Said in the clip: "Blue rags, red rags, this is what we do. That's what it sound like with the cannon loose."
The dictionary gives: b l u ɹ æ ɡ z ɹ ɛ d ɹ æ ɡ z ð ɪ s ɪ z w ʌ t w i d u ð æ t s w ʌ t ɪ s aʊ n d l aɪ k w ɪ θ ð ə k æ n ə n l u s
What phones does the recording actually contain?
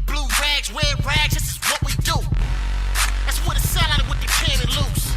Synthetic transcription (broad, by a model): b l u ɹ æ ɡ z w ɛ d ɹ æ ɡ z ð ɪ s ɪ z w ʌ t w i d u ð æ t s w ʌ t ɪ s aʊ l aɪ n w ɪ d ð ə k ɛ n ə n l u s